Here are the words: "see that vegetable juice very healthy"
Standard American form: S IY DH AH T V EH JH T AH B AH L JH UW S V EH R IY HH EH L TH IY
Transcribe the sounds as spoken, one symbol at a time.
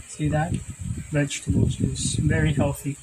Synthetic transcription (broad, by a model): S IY DH AH T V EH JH T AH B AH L Z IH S V EH R IY HH EH L TH IY